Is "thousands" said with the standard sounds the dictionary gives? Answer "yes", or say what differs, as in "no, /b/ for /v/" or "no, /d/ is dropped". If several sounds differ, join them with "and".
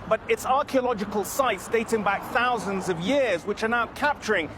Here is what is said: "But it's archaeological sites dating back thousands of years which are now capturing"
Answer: yes